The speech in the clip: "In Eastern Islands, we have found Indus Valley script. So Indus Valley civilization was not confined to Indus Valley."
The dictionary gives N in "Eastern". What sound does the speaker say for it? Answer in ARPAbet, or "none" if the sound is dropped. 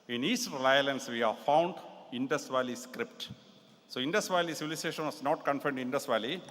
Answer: L